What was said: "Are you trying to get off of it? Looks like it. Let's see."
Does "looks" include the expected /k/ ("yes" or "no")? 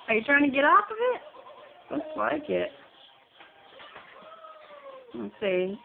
no